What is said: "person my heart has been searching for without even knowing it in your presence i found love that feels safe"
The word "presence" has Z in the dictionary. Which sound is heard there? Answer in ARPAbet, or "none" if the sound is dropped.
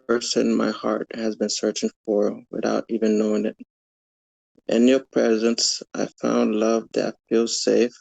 Z